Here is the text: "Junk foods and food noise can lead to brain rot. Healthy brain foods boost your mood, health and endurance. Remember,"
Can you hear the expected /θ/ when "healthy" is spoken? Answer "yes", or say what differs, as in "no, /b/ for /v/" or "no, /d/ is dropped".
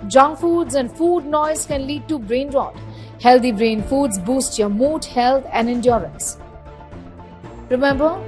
no, /t/ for /θ/